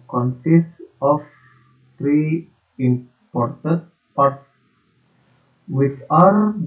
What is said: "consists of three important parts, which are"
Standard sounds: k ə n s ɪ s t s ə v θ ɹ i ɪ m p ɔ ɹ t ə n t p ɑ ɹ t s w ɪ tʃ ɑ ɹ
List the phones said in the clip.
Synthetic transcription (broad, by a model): k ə n s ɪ s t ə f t ɹ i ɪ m p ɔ ɹ t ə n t p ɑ ɹ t w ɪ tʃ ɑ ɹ